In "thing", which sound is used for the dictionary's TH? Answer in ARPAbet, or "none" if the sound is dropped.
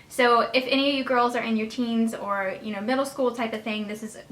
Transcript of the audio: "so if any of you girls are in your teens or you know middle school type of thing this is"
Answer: TH